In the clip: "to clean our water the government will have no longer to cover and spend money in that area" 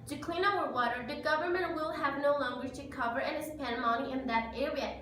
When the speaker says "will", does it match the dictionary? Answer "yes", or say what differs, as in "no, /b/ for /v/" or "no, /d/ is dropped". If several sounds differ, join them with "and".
yes